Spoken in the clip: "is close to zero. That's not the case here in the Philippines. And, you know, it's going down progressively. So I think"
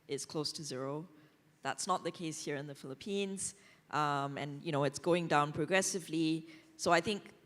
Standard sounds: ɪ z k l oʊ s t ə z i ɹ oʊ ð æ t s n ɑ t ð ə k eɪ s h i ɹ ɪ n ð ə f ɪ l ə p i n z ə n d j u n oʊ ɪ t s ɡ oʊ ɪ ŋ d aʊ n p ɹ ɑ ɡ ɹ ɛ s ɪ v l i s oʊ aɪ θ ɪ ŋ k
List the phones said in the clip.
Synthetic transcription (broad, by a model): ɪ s k l oʊ s t ə z i ɹ oʊ ð æ t s n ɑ t ð ə k eɪ s h i ɹ ɪ n ð ə f ɪ l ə p i n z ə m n j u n oʊ ɪ t s ɡ oʊ ɪ ŋ d aʊ n p ɹ ɑ ɡ ɹ ɛ s ɪ v l i s oʊ aɪ θ ɪ ŋ k